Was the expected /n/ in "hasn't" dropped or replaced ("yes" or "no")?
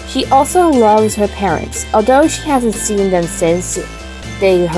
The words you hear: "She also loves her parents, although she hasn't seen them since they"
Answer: no